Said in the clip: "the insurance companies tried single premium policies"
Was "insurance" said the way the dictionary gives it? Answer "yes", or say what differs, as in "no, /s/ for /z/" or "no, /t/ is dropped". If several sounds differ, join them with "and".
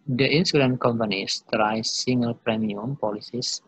no, /s/ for /ʃ/ and /s/ is dropped